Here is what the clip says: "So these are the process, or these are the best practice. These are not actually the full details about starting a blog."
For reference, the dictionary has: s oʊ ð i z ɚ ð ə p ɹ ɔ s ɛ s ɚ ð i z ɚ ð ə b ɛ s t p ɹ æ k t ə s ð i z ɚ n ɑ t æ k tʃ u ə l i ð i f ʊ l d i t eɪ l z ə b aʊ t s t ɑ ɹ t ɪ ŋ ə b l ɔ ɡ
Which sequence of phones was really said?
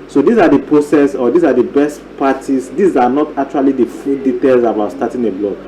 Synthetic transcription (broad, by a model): s oʊ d i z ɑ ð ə p ɹ ɔ s ɛ s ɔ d i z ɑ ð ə b ɛ s t p ɑ t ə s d i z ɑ n ɑ t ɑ k tʃ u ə l i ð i f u d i t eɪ l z ə b aʊ t s t ɑ t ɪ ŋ ə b l ɔ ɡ